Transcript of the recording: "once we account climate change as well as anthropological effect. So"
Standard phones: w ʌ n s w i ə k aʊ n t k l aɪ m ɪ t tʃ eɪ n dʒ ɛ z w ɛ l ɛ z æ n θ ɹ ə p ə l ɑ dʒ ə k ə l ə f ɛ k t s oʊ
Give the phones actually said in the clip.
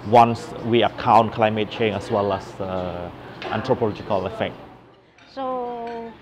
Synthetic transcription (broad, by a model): w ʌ n s w i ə k aʊ n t k l aɪ m ɪ t tʃ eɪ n ɛ s w ɛ l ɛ s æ n t ɹ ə p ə l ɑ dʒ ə k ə l ə f ɛ k t s oʊ